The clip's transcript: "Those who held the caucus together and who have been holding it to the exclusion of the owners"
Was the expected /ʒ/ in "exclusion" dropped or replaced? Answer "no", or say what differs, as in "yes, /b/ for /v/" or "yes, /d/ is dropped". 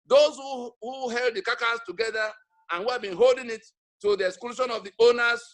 yes, /ʃ/ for /ʒ/